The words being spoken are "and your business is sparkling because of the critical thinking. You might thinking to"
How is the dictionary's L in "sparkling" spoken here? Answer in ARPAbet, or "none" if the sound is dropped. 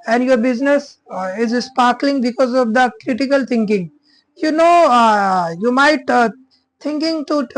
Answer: L